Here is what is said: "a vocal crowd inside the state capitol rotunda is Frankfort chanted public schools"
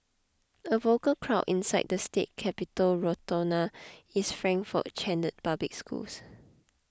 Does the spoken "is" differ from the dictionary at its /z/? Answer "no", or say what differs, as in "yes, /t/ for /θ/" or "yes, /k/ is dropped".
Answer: yes, /s/ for /z/